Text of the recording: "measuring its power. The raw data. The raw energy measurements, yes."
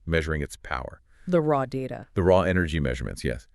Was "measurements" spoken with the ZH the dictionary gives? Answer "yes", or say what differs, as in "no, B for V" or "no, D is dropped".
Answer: yes